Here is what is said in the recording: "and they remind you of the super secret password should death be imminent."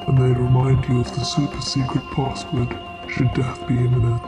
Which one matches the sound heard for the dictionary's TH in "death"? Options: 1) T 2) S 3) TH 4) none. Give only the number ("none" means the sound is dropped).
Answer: 3